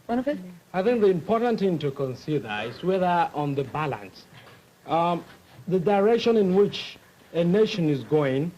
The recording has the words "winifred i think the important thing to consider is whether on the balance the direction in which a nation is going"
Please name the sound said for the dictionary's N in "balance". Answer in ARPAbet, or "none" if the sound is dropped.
N